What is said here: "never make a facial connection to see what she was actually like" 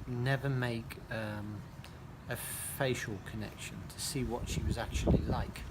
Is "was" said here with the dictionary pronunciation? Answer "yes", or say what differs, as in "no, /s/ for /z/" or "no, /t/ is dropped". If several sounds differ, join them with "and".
yes